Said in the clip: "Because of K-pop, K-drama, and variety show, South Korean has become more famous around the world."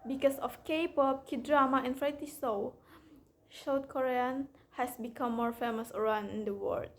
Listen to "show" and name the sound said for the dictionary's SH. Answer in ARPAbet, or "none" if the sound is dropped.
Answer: S